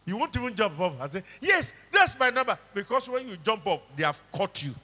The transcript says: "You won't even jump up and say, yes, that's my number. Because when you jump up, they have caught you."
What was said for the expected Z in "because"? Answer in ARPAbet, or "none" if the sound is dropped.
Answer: S